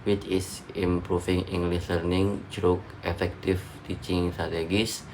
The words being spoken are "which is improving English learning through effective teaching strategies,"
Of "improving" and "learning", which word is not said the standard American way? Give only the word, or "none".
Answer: improving